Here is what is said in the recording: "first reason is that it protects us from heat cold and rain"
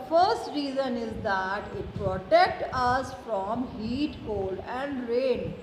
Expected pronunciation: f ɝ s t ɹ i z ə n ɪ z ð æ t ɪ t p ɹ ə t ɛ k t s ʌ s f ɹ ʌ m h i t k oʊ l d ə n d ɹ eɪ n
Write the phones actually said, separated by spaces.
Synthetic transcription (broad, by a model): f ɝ s t ɹ i z ə n ɪ z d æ t ɪ t p ɹ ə t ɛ k t ʌ s f ɹ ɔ m h i t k oʊ l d ə n d ɹ eɪ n